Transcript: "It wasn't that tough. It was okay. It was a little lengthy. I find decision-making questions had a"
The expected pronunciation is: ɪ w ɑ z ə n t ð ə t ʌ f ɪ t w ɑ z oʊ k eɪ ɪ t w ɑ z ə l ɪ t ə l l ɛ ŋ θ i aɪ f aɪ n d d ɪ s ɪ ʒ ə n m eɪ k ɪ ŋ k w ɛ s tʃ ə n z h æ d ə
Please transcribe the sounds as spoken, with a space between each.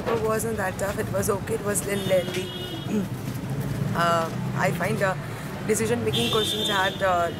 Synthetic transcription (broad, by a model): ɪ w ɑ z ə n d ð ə t ʌ f ɪ t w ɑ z oʊ k eɪ ɪ t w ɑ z l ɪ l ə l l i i aɪ f aɪ n d d ɪ s ɪ ʒ ə n m eɪ k ɪ ŋ k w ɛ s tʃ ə n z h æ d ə